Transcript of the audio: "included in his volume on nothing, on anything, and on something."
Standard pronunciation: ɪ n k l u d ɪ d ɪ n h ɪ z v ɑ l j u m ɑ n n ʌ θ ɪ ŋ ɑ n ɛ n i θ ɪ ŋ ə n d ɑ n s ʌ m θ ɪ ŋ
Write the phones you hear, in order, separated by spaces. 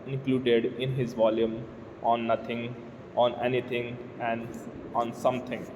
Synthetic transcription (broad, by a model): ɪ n k l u d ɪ d ɪ n h ɪ z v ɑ l j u m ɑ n n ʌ t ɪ ŋ ɑ n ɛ n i t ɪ ŋ ə n d ɑ n s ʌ m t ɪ ŋ